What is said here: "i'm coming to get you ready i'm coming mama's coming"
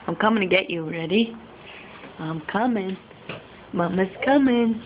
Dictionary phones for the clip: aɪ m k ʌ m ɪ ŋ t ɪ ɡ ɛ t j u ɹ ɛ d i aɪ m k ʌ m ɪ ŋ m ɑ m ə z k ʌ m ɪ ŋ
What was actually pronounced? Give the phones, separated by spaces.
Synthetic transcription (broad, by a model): aɪ m k ʌ m ɪ ŋ t ɪ ɡ ɛ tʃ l ɹ ɛ d i aɪ m k ʌ m ɪ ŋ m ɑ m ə s k ʌ m ɪ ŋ